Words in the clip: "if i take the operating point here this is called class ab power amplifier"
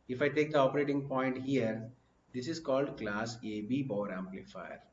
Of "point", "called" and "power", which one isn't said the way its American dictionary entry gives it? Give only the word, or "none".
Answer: power